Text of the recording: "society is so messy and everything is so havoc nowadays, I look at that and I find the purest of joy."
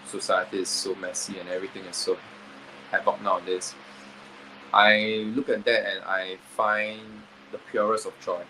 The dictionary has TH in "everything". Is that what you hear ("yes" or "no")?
no